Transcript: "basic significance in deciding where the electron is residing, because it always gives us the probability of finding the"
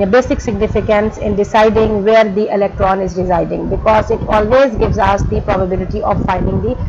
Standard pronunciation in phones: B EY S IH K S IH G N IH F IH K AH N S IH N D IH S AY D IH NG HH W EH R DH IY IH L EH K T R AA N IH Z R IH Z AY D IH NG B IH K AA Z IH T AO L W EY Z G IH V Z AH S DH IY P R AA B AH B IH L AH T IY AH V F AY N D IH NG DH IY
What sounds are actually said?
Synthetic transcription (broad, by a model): B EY S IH K S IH G N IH F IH K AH N S IH N D IH S AY D IH NG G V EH R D IY IH L EH K T R AA N IH Z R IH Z AY D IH NG B IH K AA Z IH T AO L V EY Z G IH V Z AH S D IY P R AA B AH B IH L AH T IY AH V F AY N D IH NG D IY